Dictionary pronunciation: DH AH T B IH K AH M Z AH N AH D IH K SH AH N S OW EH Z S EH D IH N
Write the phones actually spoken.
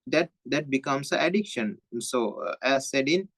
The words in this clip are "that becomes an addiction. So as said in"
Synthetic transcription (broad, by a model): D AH T B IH K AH M S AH AH D IH K SH AH N S OW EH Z S EH D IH N